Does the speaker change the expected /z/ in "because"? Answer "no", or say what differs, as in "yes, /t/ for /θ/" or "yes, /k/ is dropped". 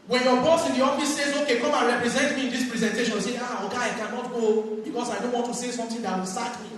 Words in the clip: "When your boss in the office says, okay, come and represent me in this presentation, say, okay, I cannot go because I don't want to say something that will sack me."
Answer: yes, /s/ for /z/